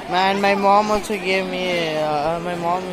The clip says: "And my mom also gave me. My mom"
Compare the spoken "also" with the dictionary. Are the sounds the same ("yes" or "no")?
no